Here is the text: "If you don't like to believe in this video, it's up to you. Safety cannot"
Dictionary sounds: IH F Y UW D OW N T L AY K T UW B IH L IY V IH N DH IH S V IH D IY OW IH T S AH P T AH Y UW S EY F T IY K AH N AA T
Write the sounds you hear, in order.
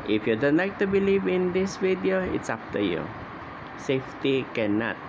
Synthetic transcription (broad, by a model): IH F Y UW D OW N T L AY K T UW B IH L IY V IH N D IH S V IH D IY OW IH T S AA F T AH Y UW S EY F T IY K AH N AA T